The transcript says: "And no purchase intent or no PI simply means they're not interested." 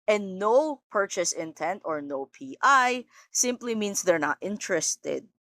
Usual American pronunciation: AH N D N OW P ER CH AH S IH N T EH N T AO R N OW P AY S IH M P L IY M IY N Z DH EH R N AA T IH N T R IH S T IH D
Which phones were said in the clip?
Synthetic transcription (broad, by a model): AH N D N OW P ER CH AH S IH N T EH N T AO R N OW P AY S IH M P L IY M IY N S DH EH R N AA T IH N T R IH S T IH D